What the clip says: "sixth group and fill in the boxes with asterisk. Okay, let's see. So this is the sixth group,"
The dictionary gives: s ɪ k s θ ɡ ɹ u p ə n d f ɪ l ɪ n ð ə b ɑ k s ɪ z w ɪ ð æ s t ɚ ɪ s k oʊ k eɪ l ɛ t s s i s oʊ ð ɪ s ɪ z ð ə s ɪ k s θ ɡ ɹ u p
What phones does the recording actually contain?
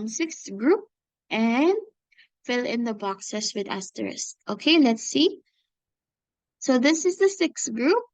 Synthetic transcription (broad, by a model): s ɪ k s ɡ ɹ u p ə n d f ɪ l ɪ n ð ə b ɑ k s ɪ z w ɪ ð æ s t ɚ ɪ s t oʊ k eɪ l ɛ t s s i s oʊ ð ɪ s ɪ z ð ə s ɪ k s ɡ ɹ u p